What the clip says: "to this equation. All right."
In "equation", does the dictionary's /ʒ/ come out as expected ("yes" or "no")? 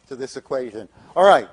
yes